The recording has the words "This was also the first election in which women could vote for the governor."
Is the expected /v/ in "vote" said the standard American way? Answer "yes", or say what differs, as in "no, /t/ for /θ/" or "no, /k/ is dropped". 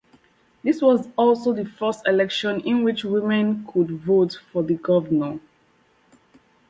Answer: yes